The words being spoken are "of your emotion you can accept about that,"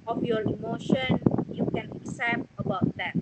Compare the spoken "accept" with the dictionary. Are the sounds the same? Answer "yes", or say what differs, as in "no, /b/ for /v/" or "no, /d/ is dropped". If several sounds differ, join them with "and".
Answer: no, /k/ is dropped